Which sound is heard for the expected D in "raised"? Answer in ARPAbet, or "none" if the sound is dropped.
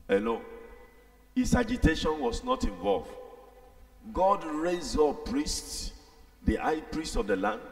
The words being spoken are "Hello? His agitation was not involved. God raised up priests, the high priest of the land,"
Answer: none